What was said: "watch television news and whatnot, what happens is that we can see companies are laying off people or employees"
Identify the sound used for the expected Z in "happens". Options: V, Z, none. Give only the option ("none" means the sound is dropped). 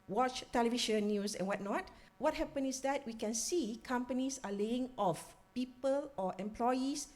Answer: none